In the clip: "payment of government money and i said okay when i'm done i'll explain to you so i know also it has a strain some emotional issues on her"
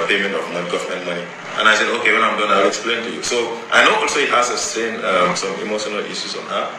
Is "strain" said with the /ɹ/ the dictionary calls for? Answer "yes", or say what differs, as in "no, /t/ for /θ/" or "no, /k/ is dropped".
no, /ɹ/ is dropped